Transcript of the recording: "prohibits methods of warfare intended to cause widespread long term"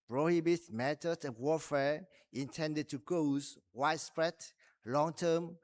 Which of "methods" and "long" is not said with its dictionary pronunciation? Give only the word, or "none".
methods